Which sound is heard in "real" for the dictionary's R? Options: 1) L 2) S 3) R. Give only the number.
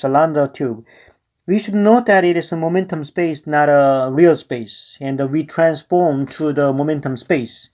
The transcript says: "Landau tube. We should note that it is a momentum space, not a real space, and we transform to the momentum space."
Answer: 3